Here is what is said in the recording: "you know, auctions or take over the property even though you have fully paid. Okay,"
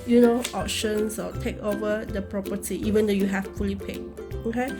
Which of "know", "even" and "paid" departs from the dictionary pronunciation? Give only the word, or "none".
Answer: paid